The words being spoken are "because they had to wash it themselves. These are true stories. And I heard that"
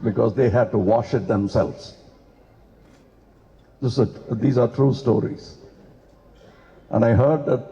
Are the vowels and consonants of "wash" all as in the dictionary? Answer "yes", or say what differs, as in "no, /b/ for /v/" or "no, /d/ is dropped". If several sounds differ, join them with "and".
yes